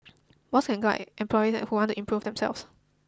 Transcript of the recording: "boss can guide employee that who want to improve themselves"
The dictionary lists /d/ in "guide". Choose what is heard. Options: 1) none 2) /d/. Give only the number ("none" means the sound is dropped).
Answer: 1